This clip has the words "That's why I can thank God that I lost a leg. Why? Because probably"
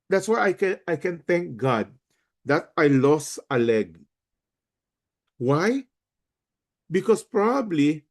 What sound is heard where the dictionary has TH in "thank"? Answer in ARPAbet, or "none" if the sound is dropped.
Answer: T